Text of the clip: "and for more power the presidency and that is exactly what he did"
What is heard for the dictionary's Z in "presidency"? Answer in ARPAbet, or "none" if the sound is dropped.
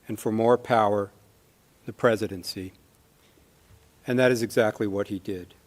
Z